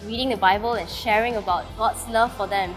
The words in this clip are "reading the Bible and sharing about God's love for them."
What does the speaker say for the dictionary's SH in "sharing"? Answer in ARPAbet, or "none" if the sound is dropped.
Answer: SH